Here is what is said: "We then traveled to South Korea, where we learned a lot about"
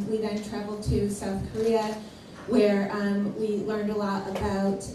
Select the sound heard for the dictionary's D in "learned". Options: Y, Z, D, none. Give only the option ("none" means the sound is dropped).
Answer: D